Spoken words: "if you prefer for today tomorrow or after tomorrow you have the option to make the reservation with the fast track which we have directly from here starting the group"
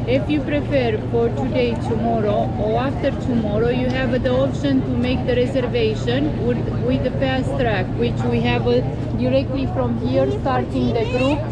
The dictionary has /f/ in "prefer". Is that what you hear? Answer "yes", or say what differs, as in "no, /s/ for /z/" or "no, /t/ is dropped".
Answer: no, /p/ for /f/